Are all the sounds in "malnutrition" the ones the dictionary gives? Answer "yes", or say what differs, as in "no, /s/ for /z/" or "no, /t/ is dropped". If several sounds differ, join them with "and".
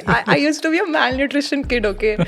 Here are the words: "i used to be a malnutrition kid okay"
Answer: yes